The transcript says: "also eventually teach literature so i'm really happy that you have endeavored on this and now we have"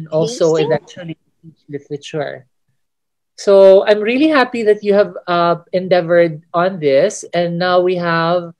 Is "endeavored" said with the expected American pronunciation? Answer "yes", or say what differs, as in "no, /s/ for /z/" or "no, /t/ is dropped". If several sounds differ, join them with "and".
yes